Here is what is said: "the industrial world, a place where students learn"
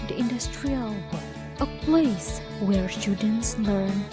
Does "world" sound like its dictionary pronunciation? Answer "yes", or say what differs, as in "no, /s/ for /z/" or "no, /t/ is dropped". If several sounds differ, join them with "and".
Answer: no, /d/ is dropped